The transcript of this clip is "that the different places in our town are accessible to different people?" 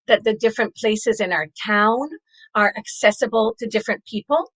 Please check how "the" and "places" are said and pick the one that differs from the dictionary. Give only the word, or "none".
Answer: none